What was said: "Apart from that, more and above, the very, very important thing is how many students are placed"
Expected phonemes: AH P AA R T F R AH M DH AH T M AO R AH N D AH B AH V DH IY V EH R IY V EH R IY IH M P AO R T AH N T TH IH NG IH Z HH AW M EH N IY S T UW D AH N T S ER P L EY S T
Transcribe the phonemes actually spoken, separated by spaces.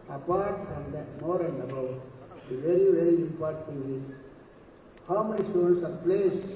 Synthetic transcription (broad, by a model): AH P AA R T F R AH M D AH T M AO R AH N D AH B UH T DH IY V EH R IY V EH R IY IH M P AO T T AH T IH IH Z HH AW M EH N IY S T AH T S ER P L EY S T